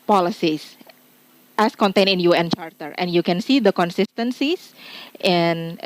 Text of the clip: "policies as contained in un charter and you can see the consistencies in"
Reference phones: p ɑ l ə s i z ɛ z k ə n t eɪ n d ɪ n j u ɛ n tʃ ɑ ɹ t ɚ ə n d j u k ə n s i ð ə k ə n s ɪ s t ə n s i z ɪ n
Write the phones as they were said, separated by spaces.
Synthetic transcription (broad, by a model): p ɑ l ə s i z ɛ s k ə n t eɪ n ɪ n j u ɛ n tʃ ɑ ɹ t ɚ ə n j u k ə n s i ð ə k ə n s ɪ s t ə n s i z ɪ n